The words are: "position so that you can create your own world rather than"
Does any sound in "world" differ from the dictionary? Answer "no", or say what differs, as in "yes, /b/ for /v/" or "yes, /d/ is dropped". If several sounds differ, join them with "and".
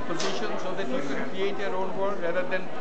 yes, /l/ is dropped